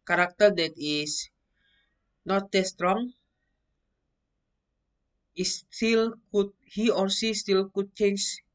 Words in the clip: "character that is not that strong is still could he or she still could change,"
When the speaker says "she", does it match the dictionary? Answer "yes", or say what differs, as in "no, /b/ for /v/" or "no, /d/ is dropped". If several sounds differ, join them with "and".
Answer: no, /s/ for /ʃ/